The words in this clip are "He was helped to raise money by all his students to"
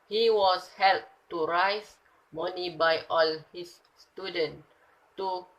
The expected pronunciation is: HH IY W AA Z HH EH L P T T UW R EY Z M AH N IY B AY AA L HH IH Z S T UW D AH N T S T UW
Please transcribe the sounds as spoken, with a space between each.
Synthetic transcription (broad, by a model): HH IY W AA S HH EH L T T UW R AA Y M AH N IY B AY AA L HH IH S T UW D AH N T T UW